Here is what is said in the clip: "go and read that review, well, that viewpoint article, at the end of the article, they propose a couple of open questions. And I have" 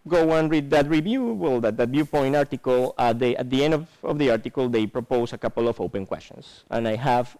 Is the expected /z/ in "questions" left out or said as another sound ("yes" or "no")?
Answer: yes